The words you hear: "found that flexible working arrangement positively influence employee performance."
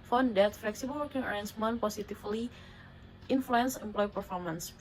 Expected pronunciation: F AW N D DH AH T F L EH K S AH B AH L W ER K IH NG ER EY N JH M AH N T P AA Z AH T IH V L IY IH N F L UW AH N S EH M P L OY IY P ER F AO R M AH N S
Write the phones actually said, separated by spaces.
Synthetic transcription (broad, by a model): F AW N D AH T F L EH K S AH B AH L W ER K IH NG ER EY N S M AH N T P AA S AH T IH F L IY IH N F L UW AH N S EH M P L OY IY P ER F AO R M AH N S